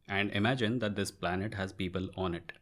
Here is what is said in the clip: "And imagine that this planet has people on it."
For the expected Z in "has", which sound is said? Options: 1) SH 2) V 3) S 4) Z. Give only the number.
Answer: 4